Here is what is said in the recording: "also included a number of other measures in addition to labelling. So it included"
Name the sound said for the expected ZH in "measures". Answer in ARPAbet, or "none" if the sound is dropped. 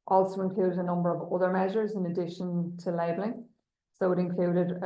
ZH